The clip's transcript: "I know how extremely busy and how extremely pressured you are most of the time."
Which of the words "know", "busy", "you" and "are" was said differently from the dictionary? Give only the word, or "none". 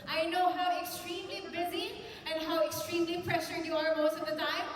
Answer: none